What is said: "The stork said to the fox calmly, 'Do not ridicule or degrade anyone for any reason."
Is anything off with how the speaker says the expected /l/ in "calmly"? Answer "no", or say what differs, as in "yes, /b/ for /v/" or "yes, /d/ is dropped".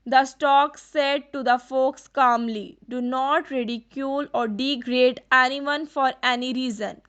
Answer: no